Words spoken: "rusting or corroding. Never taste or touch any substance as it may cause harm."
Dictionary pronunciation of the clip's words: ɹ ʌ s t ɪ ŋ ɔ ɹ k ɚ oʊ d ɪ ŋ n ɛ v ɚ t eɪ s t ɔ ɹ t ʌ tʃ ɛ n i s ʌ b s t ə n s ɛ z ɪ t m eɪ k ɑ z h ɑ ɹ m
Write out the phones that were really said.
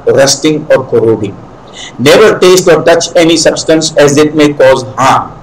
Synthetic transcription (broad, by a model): ɹ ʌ s t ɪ ŋ ɔ ɹ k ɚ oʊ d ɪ ŋ n ɛ v ɚ t eɪ s t ɔ ɹ t ʌ tʃ ɛ n i s ʌ b s t ə n s ɛ z ɪ t m eɪ k ɑ z h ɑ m